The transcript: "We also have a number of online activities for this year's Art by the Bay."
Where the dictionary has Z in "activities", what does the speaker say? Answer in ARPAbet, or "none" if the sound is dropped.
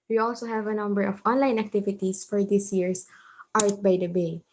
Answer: S